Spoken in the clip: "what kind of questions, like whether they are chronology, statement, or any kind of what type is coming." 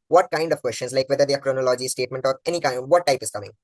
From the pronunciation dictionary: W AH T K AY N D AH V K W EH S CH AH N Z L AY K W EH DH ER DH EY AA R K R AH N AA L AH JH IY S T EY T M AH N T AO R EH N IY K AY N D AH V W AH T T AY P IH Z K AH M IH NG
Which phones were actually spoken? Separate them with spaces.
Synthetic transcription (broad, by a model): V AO T K AY N D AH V K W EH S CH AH N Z L AY K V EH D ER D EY AA R K R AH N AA L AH JH IY S T EY T M AH N T AO R EH N IY K AY N D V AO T T AY P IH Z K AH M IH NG